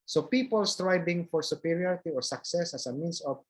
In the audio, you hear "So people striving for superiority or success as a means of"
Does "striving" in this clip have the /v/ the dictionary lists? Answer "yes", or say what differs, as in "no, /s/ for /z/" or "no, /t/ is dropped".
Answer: no, /b/ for /v/